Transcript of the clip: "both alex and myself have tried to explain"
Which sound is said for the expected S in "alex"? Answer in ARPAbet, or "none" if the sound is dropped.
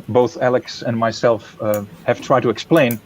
S